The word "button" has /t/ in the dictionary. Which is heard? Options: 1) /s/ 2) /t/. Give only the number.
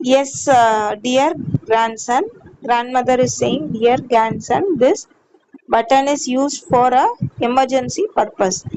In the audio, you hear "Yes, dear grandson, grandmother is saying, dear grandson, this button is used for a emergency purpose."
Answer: 2